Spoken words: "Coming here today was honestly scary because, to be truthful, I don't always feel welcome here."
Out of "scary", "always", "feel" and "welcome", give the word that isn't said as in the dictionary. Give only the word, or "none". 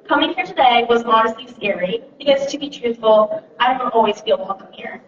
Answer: scary